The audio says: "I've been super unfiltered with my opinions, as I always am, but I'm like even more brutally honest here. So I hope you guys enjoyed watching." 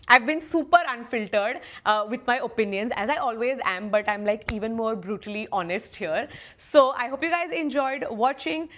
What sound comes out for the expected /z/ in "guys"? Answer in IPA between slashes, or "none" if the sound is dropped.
/z/